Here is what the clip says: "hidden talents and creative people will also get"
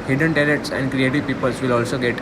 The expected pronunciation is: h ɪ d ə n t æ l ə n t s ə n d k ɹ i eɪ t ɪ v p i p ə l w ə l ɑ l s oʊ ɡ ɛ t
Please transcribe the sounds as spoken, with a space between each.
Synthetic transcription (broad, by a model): h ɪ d ə n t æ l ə t s ə n d k ɹ i eɪ t ɪ v p i p ə l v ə l ɑ l s oʊ ɡ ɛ t